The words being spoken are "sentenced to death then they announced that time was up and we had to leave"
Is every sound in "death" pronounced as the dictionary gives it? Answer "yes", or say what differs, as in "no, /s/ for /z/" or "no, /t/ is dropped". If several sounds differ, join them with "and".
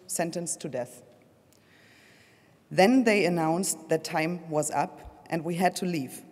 yes